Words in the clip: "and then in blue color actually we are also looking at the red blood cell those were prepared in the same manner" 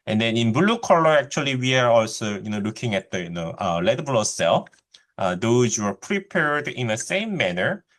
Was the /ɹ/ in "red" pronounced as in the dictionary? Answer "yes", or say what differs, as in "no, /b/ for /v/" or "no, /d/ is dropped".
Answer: no, /l/ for /ɹ/